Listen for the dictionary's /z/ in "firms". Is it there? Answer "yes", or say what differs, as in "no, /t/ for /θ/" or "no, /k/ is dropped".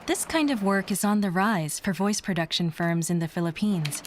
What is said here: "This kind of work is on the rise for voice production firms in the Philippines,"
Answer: yes